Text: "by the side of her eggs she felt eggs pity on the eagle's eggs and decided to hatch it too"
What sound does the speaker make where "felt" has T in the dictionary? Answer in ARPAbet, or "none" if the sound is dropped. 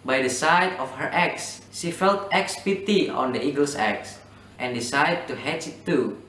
T